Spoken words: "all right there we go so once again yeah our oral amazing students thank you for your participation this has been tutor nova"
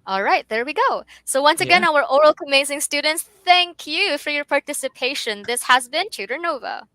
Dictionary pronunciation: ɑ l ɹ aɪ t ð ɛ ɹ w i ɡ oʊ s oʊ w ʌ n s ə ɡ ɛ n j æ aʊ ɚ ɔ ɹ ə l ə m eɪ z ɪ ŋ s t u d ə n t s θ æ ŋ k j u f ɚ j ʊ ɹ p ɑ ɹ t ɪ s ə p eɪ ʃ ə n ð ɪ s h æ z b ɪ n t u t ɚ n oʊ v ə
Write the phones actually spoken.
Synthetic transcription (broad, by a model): ɑ l ɹ aɪ t ð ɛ ɹ w i ɡ oʊ s oʊ w ʌ n s ə ɡ ɛ n aʊ ɚ ɔ ɹ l ə m eɪ z ɪ ŋ s t u d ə n t s θ æ ŋ k j u f ɚ j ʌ ɹ p ɑ ɹ t ɪ s ə p eɪ ʃ ə n ð ɪ s h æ z b ɪ n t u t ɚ n oʊ v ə